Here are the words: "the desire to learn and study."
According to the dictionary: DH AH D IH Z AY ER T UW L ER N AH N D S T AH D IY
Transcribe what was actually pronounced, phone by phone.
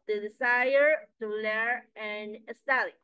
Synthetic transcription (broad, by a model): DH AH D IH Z AY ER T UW L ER AH N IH S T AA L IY